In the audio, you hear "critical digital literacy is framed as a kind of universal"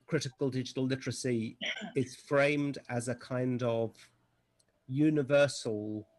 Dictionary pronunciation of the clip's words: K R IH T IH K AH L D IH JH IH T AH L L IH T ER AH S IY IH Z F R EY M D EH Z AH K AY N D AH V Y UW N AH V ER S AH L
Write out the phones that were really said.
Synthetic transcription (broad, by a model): K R IH T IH K AH L D IH JH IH T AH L L IH T ER AH S IY IH Z F R EY M D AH Z AH K AY N D AH V Y UW N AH V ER S AH L